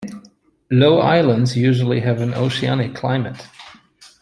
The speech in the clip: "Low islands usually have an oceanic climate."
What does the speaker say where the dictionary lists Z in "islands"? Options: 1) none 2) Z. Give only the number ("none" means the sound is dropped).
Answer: 2